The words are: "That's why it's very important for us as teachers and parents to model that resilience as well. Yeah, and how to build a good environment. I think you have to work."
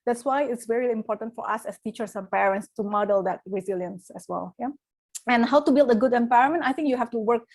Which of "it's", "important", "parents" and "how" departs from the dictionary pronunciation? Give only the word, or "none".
none